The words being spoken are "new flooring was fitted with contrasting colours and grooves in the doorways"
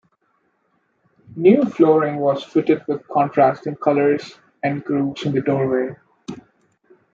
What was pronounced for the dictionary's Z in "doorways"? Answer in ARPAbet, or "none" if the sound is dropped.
none